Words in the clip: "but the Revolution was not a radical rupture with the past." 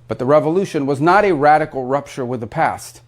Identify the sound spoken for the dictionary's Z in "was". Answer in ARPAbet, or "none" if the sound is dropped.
Z